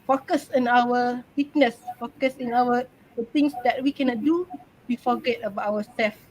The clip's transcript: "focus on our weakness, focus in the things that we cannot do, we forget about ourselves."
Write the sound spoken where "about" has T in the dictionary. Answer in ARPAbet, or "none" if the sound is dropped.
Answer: none